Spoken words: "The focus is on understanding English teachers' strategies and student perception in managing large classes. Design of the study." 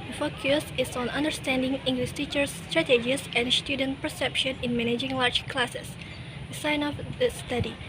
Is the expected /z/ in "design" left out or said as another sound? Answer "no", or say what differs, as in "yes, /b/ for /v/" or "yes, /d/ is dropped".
yes, /s/ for /z/